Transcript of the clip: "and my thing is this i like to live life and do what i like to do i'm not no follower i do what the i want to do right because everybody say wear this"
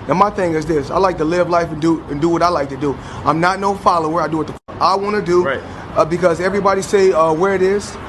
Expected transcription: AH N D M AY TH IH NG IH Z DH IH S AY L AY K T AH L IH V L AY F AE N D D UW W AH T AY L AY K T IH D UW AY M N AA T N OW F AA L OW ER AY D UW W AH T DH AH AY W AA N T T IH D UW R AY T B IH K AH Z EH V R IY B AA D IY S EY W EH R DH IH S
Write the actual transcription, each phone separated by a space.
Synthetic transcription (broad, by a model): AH N M AY TH IH NG IH Z DH IH S AY L AY K T AH L IH V L AY F N D D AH W AH T AY L AY K T IH D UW AY M N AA T N OW F AA L OW ER AY D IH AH T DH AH AY W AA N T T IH D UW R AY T B IH K AH Z EH V R IY B AA D IY S EY W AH R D IH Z